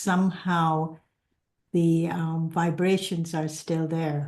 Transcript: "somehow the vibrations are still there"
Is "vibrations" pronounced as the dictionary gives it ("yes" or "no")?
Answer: yes